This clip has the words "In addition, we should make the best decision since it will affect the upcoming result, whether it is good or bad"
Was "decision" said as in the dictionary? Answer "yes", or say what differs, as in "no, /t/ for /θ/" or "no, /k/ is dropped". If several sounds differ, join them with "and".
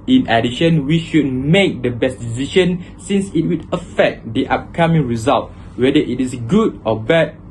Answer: no, /ʃ/ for /ʒ/